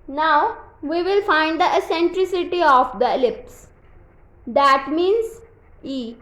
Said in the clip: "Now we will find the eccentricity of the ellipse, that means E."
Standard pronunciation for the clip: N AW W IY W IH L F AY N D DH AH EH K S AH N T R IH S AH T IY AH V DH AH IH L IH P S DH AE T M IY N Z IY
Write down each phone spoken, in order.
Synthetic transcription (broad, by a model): N AW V IY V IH L F AY N D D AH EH S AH N T R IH S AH T IY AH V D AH L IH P S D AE T M IY N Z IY